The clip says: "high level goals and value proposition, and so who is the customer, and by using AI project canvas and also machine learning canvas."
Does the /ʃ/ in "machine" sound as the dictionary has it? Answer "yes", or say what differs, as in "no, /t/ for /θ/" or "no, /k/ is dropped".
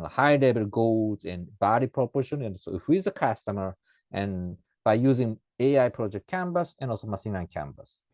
no, /s/ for /ʃ/